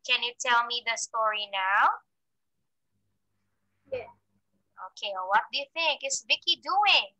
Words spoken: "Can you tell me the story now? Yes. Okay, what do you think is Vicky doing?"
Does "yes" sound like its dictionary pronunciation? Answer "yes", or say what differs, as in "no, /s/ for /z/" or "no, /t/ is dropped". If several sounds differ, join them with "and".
no, /s/ is dropped